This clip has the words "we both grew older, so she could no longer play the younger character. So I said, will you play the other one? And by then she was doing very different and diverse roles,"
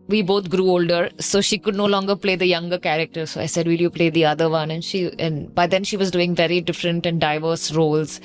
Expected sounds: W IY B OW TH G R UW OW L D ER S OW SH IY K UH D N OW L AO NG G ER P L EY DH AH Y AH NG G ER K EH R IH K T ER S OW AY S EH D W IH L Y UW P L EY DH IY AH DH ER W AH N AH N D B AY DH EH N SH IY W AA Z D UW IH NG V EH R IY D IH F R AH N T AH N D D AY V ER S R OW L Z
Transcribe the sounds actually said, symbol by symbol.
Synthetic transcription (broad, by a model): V IY B OW T G R UW OW L D ER S OW SH IY K UH D N OW L AO NG G ER P L EY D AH Y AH NG G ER K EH R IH K T ER S OW AY S EH D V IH L Y UW P L EY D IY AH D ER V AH N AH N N B AY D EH N SH IY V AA Z D UW IH NG V EH R IY D IH F R AH N T AH N D D AY V ER S R OW L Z